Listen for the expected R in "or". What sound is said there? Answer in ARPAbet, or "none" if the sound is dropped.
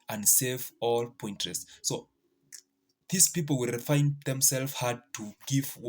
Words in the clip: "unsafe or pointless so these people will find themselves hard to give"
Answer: L